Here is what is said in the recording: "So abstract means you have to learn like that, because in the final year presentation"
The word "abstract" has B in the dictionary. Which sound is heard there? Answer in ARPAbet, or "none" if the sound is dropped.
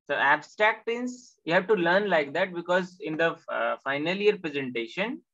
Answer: B